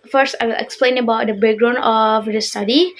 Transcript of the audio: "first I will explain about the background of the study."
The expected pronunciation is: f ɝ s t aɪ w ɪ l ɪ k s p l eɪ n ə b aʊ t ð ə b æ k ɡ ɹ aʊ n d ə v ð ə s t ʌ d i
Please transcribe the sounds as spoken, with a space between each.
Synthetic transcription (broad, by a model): f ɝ s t aɪ w ɪ l ɪ k s p l eɪ n ə b aʊ t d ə b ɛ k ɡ ɹ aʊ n ə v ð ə s t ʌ d i